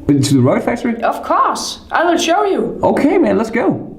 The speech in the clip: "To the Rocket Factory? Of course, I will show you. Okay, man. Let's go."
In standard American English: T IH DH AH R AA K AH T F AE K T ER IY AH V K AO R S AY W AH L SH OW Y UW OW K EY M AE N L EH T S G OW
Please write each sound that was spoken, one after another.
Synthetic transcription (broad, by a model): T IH DH AH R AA AH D F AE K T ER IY AH V K AO R S AY W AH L SH OW Y UW OW K EY M AE N L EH T S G OW